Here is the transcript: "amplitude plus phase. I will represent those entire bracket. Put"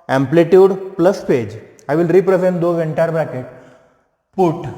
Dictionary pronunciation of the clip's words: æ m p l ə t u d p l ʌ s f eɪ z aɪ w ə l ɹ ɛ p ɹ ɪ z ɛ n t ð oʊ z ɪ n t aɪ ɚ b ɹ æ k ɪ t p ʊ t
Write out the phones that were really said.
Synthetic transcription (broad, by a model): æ m p l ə t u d p l ʌ s p eɪ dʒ aɪ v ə l ɹ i p ɹ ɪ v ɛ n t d oʊ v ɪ n t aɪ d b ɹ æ k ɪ t p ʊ t